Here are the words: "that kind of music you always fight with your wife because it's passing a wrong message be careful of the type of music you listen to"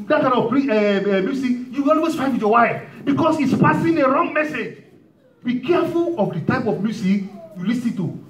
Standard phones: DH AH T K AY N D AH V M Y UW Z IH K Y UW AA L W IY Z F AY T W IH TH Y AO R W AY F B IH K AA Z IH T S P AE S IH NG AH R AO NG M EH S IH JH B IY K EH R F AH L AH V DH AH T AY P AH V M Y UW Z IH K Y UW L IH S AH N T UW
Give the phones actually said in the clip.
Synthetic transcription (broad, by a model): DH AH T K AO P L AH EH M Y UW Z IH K Y UW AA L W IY S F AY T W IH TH Y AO W AY F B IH K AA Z IH T S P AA S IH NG AH R AO NG M EH S IH JH B IY K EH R F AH L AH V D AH T AY P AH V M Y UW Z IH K Y UW L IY S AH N T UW